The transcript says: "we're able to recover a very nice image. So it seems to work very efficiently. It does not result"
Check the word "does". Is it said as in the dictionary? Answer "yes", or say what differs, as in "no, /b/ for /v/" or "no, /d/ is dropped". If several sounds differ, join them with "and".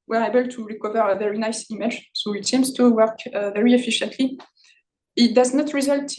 yes